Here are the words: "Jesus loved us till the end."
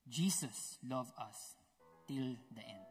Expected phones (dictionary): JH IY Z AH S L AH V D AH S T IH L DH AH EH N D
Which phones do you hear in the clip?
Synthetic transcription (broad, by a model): JH IY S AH S L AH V AH S T IH L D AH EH N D